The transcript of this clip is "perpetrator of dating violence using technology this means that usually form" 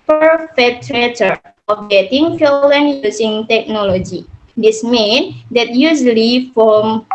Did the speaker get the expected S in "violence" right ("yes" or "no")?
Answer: no